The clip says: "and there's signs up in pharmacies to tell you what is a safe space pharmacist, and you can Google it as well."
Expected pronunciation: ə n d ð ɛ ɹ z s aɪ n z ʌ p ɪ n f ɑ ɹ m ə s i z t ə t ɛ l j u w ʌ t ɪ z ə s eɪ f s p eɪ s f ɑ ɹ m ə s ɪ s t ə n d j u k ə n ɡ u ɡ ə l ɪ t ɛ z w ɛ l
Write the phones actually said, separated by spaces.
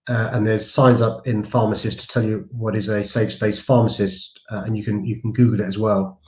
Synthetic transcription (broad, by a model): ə n ð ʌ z s aɪ n z ʌ p ɪ n f ɑ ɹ m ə s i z t ə t ɛ l j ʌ w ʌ t ɪ z ə s eɪ f s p eɪ s f ɑ m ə s ɪ s t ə n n j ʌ k ə n ɡ u ɡ ə l ɪ t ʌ z w ɛ l